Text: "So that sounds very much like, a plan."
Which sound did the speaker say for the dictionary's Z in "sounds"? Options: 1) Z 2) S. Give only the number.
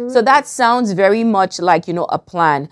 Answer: 1